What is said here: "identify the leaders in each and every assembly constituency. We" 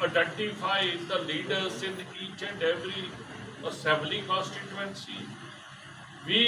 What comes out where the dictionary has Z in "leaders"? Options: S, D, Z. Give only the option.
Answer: S